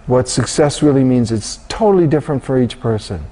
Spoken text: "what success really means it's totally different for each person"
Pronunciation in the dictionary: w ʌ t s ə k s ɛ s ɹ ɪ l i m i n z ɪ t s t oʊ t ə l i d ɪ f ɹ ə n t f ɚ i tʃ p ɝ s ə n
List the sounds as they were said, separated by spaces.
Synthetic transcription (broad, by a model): w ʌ t s ə k s ɛ s ɹ ɪ l i m i n z ɪ t s t oʊ t l i d ɪ f ɹ ə n t f ɚ i tʃ p ɝ s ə n